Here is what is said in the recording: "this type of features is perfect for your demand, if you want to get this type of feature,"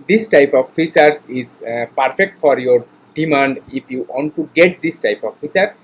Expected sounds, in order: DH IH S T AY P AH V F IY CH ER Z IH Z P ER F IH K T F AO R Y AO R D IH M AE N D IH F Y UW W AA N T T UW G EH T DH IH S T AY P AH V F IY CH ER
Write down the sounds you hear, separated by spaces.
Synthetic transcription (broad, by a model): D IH S T AY P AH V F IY S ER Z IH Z P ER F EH K T F AO R Y AO R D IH M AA N D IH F Y UW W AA N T T UW G EH T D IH S T AY P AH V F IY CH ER